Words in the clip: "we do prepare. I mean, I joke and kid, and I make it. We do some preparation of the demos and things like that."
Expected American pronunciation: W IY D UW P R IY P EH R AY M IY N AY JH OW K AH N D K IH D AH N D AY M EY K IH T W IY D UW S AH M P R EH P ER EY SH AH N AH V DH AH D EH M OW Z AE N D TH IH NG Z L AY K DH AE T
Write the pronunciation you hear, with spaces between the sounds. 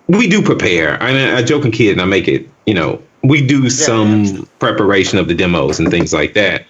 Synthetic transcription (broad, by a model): W IY D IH P R IY P EH R AY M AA AY JH OW K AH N K IH D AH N AY M EY K IH T W IY D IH S AH M P R EH P ER EY SH AH N AH V DH AH D EH M OW Z N TH IH NG Z L AY K DH AE T